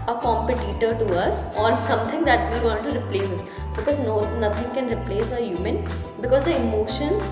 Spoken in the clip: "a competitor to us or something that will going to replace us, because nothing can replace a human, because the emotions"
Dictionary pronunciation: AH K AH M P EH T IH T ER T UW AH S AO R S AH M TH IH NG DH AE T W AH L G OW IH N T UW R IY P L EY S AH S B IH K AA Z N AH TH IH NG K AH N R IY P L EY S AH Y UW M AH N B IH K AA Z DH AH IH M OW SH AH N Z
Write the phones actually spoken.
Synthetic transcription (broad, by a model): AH K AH M P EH T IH T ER T UW AH S AO R S AH M T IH NG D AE T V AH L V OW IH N T UW R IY P L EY S AH S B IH K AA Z N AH T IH NG K AH N R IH P L EY S AH Y UW M AH N B IH K AA Z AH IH M OW SH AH N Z